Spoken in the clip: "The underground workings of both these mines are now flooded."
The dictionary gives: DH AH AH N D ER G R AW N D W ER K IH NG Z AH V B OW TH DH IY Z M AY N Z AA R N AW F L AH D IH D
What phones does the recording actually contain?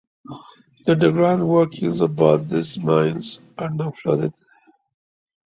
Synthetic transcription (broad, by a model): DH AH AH D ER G R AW N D W ER K IH NG Z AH B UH T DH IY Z M AY N Z AA R N AW F L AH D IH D